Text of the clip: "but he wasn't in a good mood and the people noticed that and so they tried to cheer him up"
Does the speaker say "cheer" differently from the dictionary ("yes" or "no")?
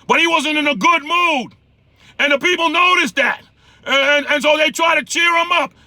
no